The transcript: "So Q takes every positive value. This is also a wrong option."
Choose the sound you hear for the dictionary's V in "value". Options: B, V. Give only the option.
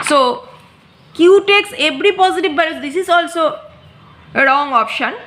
B